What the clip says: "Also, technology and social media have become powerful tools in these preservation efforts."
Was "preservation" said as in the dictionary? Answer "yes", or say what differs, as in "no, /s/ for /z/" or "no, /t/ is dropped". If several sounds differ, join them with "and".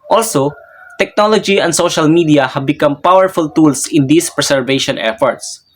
no, /s/ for /z/